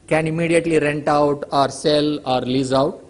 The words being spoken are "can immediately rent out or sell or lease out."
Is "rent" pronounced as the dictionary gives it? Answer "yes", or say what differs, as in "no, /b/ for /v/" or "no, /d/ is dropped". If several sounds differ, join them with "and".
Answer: yes